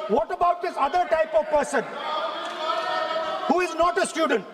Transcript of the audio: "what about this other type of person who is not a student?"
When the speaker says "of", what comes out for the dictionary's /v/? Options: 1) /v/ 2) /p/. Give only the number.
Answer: 1